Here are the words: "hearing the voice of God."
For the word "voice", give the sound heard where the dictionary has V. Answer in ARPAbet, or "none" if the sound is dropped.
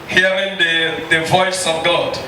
V